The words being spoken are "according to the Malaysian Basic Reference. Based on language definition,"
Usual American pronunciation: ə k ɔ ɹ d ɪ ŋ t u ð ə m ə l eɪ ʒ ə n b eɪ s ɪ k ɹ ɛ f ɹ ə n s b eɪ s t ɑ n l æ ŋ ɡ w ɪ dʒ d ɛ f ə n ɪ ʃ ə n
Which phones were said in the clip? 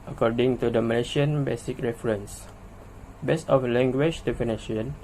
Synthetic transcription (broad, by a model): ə k ɔ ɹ d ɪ ŋ t u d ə m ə l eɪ ʃ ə n b eɪ s ɪ k ɹ ɛ f ɹ ə n s b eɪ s ɑ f l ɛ ŋ ɡ w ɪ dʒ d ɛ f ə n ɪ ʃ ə n